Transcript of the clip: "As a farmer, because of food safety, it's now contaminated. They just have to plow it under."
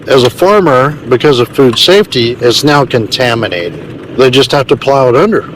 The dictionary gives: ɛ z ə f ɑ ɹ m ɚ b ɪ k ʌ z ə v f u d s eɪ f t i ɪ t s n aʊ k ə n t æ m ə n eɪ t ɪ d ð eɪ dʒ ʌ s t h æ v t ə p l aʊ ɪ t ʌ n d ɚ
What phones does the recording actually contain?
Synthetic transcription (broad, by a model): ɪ z ə f ɑ ɹ m ɚ b ɪ k ʌ z ə v f u d s eɪ f t i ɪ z n aʊ k ə n t æ m ə n eɪ t ɪ d ð eɪ dʒ ʌ s t h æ f t ə p l aʊ ɪ t ʌ n d ɚ